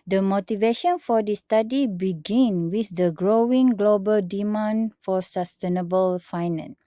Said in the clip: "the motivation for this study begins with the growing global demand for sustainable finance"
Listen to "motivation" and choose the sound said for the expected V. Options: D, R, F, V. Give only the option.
V